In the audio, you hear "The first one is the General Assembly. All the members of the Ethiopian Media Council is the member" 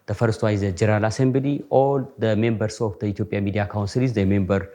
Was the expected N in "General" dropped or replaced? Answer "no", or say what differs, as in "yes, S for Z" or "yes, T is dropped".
yes, N is dropped